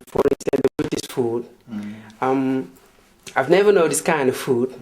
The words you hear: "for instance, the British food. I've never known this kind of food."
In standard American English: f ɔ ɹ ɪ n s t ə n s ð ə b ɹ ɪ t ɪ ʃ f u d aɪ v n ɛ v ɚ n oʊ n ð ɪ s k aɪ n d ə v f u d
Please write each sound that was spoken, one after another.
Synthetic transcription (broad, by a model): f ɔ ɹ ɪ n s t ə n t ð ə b ɪ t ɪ s f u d aɪ v n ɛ v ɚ n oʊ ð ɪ s k aɪ n d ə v f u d